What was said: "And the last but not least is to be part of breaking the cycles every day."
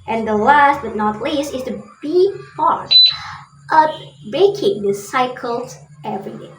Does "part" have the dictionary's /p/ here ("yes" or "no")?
no